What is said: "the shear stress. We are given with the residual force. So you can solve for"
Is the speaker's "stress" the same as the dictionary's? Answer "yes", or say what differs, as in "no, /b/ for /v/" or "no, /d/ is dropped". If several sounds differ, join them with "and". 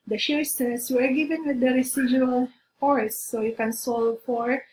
no, /ɹ/ is dropped